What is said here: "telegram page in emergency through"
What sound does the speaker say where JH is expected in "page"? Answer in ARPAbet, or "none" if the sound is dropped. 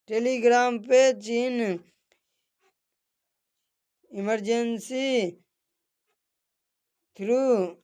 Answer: CH